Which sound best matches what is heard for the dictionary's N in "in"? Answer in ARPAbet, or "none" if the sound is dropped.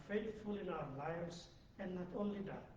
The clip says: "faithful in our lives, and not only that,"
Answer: N